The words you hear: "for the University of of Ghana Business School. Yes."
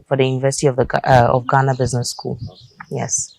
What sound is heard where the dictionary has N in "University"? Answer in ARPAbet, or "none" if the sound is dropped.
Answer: N